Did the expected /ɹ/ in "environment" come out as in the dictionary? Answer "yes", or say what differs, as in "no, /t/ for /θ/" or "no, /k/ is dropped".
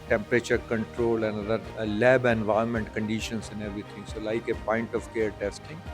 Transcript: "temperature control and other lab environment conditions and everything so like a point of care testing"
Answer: no, /ɹ/ is dropped